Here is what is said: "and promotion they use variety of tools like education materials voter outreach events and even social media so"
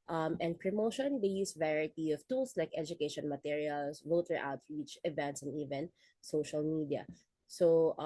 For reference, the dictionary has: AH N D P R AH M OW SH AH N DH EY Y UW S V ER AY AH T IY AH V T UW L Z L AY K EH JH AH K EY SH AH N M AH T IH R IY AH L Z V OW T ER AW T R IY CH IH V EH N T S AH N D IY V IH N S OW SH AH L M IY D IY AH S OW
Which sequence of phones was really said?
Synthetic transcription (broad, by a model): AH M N P R AH M OW SH AH N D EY Y UW S V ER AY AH T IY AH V T UW L S L AY K EH JH AH K EY SH AH N M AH T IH R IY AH L S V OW T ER AW T IY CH IH V EH N T S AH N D IY V IH N S OW SH AH L M IY D IY AH S OW